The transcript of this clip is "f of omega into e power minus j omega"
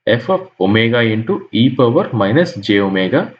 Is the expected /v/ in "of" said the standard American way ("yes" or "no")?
no